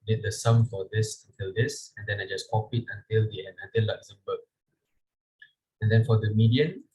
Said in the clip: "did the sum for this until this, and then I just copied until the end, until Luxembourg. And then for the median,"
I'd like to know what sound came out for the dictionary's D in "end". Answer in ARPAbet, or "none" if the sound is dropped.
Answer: none